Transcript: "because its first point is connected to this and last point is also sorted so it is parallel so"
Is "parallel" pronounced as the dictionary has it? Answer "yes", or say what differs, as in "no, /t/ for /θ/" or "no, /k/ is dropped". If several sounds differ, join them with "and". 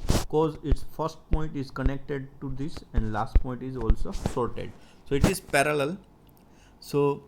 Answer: yes